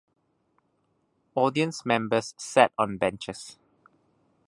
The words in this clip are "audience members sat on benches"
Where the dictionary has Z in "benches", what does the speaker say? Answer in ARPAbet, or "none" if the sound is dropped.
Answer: S